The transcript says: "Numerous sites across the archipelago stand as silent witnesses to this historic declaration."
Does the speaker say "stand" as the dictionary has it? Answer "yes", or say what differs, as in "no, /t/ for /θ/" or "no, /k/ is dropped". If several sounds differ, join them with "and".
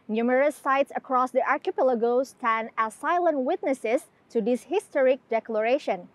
no, /d/ is dropped